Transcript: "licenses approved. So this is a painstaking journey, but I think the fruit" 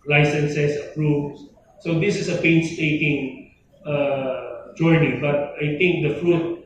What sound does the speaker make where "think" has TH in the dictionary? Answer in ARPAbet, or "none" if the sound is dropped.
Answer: T